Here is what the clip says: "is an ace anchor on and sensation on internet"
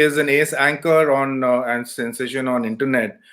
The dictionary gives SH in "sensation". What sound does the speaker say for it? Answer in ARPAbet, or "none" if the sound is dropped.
SH